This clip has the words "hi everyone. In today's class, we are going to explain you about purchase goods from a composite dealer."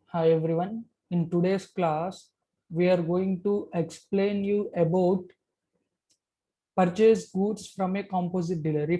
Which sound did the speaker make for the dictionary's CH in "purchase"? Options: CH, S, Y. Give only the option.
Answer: CH